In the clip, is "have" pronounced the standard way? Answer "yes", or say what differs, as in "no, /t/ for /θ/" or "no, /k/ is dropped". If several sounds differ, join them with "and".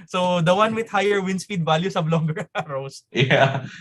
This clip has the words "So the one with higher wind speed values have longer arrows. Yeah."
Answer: no, /b/ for /v/